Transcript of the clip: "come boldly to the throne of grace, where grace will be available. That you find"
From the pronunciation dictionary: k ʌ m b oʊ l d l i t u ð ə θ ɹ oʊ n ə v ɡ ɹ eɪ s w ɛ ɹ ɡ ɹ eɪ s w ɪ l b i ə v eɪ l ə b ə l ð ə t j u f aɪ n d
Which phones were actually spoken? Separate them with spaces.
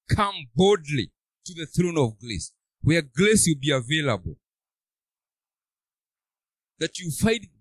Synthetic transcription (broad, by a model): k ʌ m b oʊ d l i t u ð ə θ ɹ oʊ n ə v ɡ l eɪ s w ɛ ɹ ɡ l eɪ s w ɪ l b i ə v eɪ l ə b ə l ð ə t j u f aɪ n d